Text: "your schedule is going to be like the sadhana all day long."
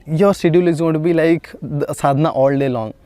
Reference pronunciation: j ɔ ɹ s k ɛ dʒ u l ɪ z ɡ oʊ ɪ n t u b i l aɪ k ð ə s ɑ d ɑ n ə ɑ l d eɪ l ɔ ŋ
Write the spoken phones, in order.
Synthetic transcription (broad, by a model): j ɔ ɹ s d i u l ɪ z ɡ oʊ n t u b i l aɪ k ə s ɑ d n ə ɑ l d eɪ l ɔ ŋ